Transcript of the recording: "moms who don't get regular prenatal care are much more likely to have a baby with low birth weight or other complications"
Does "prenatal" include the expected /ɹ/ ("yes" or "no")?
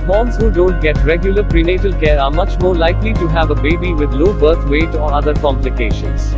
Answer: yes